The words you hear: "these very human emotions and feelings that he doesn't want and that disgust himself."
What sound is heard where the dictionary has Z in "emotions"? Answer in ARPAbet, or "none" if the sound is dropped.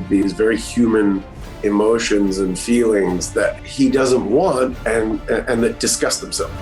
Z